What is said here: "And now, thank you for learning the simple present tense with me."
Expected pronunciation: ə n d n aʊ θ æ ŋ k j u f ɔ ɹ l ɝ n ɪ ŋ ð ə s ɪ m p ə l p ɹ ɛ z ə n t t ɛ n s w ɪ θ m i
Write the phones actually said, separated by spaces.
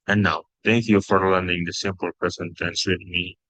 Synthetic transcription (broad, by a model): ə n n aʊ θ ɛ ŋ k j u f ɔ ɹ l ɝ n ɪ ŋ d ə s ɪ m p ə l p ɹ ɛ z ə n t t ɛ n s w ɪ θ m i